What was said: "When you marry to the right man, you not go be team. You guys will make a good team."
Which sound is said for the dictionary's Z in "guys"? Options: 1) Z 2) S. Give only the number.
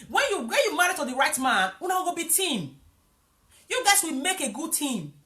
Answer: 2